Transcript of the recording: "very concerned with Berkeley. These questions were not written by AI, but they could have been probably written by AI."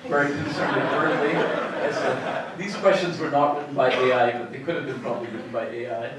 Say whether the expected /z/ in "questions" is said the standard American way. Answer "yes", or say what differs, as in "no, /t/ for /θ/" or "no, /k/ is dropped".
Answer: yes